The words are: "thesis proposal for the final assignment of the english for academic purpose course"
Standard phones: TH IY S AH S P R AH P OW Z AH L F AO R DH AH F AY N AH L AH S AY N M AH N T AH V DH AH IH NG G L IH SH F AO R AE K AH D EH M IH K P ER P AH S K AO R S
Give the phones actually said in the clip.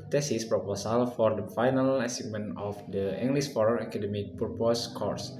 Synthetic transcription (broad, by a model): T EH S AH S P R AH P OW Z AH L F AO R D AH F AY N AH L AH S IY M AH N AH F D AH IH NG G L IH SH F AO R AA K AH D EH M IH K P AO P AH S K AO R S